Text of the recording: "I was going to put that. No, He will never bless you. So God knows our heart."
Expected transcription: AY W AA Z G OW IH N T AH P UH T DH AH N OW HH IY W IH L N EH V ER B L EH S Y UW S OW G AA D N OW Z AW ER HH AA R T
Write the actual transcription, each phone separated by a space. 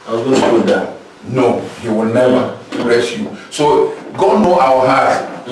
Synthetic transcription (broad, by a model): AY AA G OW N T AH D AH N OW HH IY W IH L N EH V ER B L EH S Y UW S OW G AA D N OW AW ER HH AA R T